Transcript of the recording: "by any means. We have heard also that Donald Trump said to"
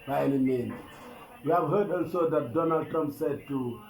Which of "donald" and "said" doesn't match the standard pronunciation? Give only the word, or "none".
none